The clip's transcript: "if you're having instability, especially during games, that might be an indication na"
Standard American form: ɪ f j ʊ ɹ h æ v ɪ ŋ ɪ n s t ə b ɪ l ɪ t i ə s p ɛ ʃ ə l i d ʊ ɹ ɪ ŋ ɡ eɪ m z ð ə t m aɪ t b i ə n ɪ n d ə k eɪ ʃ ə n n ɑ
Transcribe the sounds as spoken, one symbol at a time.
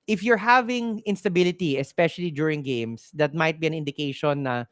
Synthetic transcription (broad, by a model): ɪ f j ʊ ɹ h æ v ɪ ŋ ɪ n s t ə b ɪ l ɪ t i ə s p ɛ ʃ ə l i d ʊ ɹ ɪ ŋ ɡ eɪ m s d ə t m aɪ t b i ə n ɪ n d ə k eɪ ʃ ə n n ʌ